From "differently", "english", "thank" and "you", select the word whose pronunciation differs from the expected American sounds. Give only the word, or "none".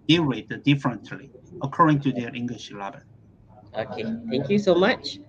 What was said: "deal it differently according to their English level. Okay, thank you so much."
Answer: thank